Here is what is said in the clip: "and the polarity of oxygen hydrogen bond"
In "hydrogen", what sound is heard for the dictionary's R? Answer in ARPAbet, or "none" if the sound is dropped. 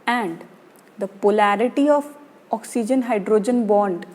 R